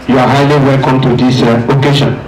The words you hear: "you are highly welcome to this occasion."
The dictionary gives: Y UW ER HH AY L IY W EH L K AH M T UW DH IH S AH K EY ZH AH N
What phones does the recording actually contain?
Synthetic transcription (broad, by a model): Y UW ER HH AY L IY W EH L K AH M T UW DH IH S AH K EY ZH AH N